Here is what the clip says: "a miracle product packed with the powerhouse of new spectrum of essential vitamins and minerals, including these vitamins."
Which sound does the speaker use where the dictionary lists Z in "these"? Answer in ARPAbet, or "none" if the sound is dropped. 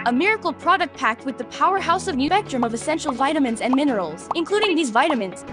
Z